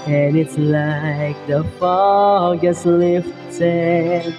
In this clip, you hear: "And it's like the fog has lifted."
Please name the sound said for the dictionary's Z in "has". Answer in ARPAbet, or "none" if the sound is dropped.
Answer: S